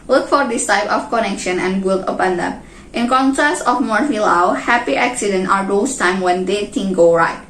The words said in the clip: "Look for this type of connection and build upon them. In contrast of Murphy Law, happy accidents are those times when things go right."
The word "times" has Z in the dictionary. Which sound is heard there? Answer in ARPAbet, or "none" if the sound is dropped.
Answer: none